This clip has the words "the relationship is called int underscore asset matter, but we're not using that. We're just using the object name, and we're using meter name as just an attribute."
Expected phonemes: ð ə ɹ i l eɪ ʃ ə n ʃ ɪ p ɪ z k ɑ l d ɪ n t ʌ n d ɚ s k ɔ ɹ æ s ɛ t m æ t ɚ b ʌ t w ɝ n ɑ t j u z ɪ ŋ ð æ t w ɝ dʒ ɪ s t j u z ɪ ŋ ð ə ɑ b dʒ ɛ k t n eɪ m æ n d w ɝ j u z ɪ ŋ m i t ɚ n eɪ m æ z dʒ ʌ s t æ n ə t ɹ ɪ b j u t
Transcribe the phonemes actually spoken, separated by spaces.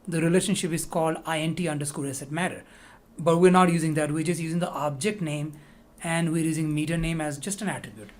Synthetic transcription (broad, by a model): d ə ɹ i l eɪ ʃ ə n ʃ ɪ p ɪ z k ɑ l d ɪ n t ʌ n d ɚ s k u l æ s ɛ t m æ t ɚ b ʌ t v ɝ n ɑ t j u z ɪ ŋ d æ t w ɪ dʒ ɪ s j u z ɪ ŋ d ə ɑ b dʒ ɛ k t n eɪ m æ n d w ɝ j u z ɪ ŋ m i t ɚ n eɪ m æ z dʒ ʌ s t æ n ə t ɹ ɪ b j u t